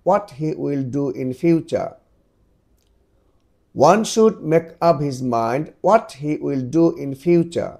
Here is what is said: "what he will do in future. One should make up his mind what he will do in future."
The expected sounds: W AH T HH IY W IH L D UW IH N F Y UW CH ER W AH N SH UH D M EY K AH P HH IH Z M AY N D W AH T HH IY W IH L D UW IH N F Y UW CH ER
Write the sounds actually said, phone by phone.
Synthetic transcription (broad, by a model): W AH T HH IY W IH L D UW IH N F Y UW CH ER W AH N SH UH D M EY K AH P HH IH Z M AY N D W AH T HH IY W IH L D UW IH N F Y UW CH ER